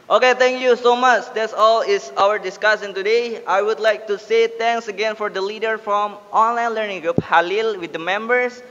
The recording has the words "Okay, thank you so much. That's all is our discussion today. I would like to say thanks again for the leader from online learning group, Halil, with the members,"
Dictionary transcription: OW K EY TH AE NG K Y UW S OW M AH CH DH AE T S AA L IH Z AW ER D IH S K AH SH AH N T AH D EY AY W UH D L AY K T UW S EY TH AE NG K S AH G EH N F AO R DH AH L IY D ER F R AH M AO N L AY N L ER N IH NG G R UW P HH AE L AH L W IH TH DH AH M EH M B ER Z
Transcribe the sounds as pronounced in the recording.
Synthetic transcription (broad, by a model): OW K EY T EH NG K Y UW S OW M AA CH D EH T S AA L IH S AW ER D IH S K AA S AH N T AH D EY AY W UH D L AY K T UW S EY T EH NG K S AH G EH N F AO R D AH L IY D ER F R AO M AO N L AY N L ER N IH NG G R UW P HH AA L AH L W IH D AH M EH M B ER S